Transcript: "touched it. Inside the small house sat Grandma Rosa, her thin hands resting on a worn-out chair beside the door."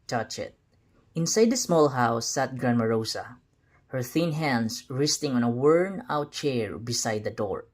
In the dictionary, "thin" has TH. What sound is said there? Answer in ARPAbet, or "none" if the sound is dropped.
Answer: TH